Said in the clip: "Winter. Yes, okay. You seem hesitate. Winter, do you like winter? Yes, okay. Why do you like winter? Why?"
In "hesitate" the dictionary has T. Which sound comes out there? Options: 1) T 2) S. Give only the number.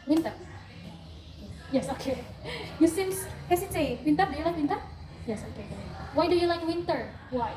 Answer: 2